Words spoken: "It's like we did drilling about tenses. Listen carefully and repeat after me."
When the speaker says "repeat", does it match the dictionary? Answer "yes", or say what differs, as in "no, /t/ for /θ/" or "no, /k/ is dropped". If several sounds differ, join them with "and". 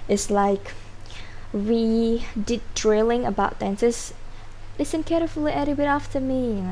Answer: no, /b/ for /p/